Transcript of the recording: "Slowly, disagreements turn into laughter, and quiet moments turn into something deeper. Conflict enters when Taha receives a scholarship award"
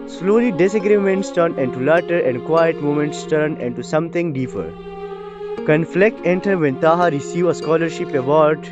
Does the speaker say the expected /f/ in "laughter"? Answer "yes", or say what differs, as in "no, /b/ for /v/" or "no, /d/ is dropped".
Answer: no, /f/ is dropped